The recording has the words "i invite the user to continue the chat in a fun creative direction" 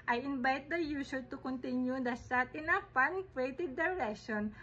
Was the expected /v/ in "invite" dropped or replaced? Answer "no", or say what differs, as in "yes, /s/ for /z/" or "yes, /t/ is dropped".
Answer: yes, /b/ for /v/